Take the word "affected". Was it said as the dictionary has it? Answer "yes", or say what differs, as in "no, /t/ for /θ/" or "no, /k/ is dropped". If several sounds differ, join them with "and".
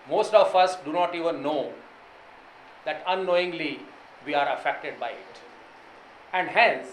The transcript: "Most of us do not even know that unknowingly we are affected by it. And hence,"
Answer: yes